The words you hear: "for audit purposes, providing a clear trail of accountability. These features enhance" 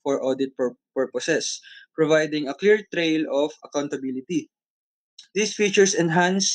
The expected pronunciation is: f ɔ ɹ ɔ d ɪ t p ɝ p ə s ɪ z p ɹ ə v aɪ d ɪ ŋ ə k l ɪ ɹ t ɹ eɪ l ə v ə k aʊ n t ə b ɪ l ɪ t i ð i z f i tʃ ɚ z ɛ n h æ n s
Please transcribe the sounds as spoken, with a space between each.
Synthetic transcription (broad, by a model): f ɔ ɹ ɔ d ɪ t p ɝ p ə s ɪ s p ɹ ə v aɪ d ɪ ŋ ə k l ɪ ɹ t ɹ eɪ l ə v ə k aʊ n t ə b ɪ l ɪ t i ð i s f i tʃ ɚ s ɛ n h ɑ n s